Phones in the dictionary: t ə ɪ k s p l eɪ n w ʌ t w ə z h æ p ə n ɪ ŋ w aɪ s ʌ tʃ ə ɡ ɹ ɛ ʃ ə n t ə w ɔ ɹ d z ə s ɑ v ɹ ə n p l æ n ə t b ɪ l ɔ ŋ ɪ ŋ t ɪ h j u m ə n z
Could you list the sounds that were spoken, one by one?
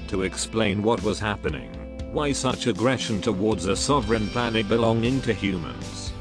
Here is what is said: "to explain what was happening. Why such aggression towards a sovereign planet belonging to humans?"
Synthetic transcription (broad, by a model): t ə ɪ k s p l eɪ n w ʌ t w ə z h æ p ə n ɪ ŋ w aɪ s ʌ tʃ ə ɡ ɹ ɛ ʃ ə n t ə w ɔ ɹ d z ə s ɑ v ɹ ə n p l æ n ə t b ɪ l ɔ ŋ ɪ ŋ t ɪ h j u m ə n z